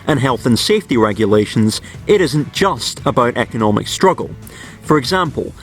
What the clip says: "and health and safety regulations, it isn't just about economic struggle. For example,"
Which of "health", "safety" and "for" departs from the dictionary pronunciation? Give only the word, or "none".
none